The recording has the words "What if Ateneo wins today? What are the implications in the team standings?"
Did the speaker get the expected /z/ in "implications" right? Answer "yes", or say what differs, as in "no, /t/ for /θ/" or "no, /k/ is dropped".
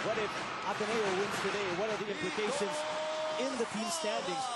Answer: yes